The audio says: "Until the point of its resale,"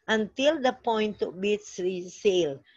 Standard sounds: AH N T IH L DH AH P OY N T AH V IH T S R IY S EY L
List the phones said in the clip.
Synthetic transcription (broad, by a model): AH N T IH L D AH P OY N T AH B IH T S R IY S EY L